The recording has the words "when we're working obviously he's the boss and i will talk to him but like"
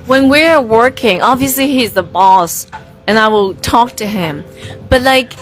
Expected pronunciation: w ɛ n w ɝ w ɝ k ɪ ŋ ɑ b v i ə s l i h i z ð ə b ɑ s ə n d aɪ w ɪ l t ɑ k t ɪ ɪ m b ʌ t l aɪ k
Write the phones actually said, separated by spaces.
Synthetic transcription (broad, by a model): w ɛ n w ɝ w ɝ k ɪ ŋ ɑ b v i ə s l i h i z ð ə b ɑ s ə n aɪ w ɪ l t ɑ k t ɪ ɪ m b ʌ t l aɪ k